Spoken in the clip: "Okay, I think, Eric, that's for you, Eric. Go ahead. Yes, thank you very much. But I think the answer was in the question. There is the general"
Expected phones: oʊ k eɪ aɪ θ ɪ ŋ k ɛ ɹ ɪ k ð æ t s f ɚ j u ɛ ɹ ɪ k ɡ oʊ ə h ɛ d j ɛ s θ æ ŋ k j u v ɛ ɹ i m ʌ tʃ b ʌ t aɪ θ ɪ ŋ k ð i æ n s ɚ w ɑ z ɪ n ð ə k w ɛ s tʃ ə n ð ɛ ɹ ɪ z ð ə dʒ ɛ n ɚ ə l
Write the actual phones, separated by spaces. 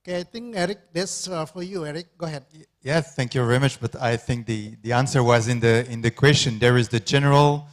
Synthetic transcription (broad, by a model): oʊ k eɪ aɪ t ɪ ŋ k ɛ ɹ ɪ k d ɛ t s f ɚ j u ɛ ɹ ɪ k ɡ oʊ h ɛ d j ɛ θ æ ŋ k j u v ɛ ɹ i m ʌ tʃ b ʌ t aɪ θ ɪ ŋ k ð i æ n s ɚ w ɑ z ɪ n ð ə k w ɛ s tʃ ə n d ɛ ɹ ɪ z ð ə dʒ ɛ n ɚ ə l